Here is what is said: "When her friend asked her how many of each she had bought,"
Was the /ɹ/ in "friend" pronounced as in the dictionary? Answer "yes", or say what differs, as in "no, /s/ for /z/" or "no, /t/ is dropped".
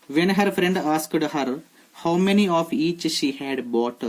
yes